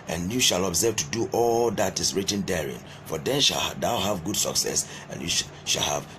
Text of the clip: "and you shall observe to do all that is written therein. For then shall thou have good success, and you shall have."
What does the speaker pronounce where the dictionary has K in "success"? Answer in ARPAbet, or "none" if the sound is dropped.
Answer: K